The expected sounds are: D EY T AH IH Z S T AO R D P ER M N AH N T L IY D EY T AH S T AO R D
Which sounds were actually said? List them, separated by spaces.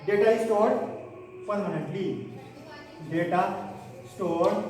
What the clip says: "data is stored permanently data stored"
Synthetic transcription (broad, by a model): D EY T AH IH S T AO R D F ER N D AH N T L IY D EY T AH S T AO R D